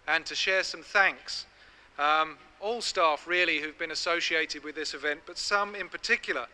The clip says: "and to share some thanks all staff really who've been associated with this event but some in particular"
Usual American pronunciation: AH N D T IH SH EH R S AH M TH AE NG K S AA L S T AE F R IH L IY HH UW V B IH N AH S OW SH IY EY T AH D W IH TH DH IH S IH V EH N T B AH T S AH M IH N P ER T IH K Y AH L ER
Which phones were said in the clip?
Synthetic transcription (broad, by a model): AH N T IH SH EH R S AH M TH AE NG K S AA L S T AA F R IH L IY HH UW V B IH N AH S OW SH IY EY T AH D W IH DH IH S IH V EH N B AH T S AH M IH N P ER T IH K Y L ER